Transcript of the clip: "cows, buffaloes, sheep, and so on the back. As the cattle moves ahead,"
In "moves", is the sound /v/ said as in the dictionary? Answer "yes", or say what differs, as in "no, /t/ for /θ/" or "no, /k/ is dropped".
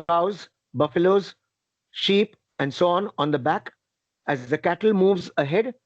yes